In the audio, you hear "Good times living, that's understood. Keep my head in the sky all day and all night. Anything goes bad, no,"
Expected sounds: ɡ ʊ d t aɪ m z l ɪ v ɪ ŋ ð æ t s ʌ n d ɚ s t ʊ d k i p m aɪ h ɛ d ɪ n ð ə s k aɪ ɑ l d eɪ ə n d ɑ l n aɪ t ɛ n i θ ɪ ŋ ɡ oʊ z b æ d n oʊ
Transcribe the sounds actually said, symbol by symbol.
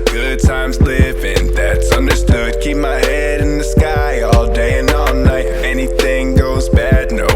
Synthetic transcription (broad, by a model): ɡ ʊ d t aɪ m z l ɪ v ɪ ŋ ð æ t s ʌ n d ɚ s t ʊ d k i p m aɪ h ɛ d ɪ n ð ə s k aɪ ɑ l d eɪ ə n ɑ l n aɪ t ɛ n i θ ɪ ŋ ɡ oʊ z b æ d n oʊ